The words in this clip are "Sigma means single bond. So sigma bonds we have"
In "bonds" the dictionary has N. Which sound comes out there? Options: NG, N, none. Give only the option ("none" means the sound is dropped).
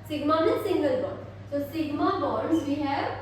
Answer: none